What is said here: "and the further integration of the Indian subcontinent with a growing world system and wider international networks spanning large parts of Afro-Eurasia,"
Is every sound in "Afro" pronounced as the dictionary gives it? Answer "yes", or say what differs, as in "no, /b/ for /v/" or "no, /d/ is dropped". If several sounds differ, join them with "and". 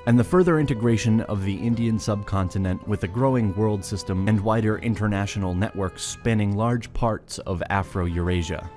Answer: yes